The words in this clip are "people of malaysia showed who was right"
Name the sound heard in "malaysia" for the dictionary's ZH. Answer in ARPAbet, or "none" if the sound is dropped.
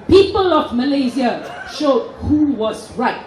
Z